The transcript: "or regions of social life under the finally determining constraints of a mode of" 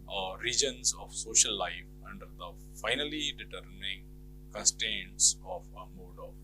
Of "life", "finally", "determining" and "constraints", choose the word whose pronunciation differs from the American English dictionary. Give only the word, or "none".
constraints